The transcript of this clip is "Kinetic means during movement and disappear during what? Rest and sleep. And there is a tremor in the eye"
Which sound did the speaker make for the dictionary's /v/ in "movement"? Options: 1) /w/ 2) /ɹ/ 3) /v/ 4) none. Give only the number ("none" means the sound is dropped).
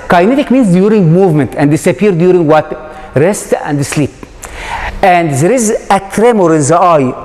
3